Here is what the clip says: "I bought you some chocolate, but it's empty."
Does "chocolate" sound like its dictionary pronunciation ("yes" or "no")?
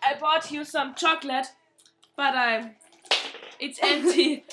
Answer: yes